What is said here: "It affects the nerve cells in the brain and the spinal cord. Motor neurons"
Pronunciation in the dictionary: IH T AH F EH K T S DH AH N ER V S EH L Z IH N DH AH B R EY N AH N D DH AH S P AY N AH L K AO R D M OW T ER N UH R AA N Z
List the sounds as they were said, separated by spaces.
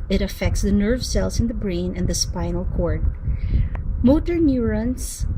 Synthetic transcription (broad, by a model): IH T AH F EH K T S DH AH N ER V S EH L S IH N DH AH B R EY N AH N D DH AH S P AY N AH L K AO R D M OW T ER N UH R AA N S